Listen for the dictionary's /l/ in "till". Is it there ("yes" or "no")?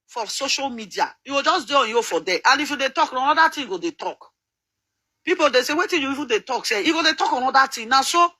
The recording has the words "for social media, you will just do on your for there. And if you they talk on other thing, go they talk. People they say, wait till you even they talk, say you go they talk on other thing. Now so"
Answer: no